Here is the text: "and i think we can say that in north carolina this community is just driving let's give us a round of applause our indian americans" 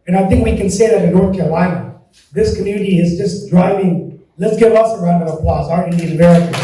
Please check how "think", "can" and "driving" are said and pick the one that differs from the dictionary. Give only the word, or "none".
none